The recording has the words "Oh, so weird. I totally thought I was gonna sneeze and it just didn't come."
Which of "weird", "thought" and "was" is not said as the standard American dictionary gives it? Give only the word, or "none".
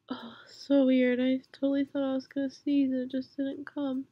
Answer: none